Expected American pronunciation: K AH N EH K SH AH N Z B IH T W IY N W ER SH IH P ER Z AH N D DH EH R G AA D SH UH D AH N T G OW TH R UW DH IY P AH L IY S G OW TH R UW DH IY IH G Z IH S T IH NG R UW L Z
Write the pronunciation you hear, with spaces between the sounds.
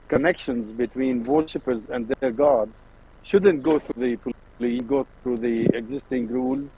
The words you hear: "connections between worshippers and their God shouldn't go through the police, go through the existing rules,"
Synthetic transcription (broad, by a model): K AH N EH K SH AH N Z B IH T W IY N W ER SH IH P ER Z AH N D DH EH R G AA D SH UH D AH N T G OW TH R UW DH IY P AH L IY G OW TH R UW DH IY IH G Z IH S T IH NG R UW L